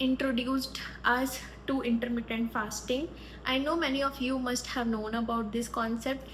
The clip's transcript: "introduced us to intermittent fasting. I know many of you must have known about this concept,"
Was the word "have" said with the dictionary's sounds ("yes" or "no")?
yes